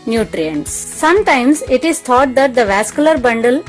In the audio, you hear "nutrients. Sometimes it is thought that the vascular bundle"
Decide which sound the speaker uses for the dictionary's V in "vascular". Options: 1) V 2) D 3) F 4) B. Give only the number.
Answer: 1